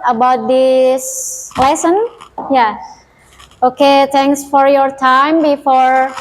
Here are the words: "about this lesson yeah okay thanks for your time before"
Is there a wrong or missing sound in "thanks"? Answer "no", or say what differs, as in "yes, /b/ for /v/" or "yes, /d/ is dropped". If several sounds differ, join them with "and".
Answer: yes, /t/ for /θ/